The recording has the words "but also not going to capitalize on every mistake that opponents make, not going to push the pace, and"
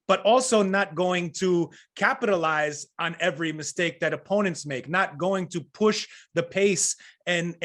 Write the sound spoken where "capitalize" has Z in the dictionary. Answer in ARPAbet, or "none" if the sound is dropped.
Z